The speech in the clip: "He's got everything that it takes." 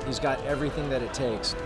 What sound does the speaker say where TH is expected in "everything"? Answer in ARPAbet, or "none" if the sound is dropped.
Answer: TH